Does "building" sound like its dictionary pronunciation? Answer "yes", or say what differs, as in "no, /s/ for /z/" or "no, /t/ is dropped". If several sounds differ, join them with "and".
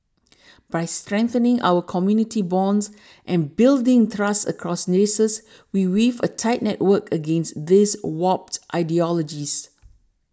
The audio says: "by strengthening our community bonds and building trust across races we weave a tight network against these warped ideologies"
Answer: yes